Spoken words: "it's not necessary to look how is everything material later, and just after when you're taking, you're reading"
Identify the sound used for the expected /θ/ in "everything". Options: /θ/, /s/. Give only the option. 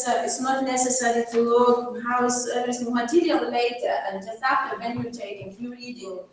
/s/